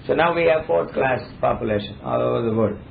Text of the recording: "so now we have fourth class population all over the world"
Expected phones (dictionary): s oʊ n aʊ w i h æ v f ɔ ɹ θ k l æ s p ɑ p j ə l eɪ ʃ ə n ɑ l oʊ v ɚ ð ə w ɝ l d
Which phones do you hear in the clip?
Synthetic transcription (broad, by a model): s oʊ n aʊ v i h æ v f ɔ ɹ t k l æ s p ɑ p j ə l eɪ ʃ ə n ɑ l oʊ v ɚ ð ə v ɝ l d